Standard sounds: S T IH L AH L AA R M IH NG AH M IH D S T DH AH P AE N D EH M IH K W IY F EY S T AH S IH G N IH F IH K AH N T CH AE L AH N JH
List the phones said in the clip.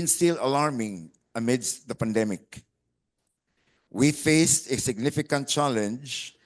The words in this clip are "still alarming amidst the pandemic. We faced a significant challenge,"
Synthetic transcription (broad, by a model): S T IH L AH L AA R M IH NG AH M IH D S T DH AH P AE N D EH M IH K W IY F EY S T AH S IH G N IH F IH K AH N T CH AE L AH N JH